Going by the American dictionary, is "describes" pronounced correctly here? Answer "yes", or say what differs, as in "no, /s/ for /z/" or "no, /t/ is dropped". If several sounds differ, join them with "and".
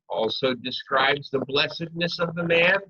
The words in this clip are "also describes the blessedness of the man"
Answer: yes